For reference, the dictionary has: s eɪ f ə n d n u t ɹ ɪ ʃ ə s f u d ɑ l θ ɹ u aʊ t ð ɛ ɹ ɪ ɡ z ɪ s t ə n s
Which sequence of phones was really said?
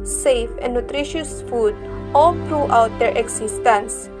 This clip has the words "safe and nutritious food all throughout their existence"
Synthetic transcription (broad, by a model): s eɪ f ə n d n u t ɹ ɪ ʃ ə s f u d ɑ l t ɹ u aʊ t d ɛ ɹ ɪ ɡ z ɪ s t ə n s